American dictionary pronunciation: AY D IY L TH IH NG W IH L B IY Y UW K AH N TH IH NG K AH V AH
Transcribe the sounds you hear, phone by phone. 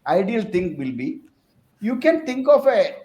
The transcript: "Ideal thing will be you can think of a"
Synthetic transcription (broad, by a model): AY D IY L T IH NG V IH L B IY Y UW K AH N T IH NG K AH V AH